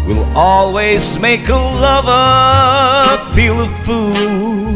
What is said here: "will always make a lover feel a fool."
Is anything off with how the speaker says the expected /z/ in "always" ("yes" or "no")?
no